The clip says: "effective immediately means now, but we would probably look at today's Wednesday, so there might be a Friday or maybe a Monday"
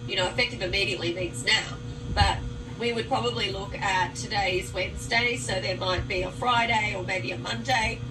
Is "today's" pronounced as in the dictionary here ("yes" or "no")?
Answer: yes